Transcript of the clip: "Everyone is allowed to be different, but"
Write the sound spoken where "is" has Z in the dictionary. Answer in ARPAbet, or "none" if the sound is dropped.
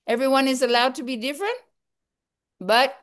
Z